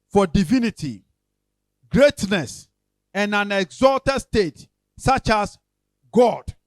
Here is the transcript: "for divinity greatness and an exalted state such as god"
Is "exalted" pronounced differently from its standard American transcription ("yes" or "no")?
no